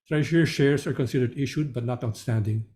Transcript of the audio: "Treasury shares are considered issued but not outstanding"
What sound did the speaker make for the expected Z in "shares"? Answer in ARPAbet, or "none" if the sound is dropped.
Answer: S